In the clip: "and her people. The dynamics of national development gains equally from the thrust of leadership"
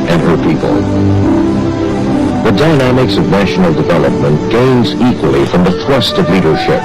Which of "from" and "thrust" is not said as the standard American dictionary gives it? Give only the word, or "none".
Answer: none